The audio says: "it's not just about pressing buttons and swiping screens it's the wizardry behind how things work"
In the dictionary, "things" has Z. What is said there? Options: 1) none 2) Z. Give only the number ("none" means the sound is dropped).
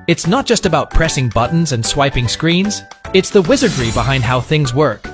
2